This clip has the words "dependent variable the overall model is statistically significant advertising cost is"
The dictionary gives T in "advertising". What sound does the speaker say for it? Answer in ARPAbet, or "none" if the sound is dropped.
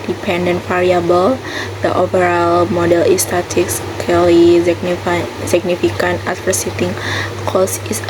S